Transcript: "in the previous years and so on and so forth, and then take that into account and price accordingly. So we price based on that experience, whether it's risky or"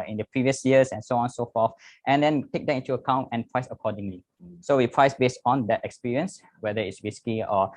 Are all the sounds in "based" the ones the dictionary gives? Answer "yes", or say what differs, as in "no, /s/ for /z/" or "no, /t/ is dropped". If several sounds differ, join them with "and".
yes